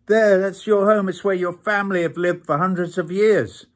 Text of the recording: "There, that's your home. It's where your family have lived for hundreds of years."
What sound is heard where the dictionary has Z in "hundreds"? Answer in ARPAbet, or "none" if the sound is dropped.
Z